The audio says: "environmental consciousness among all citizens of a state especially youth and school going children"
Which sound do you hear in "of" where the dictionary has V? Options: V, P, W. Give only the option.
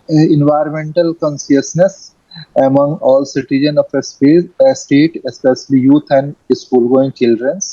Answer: P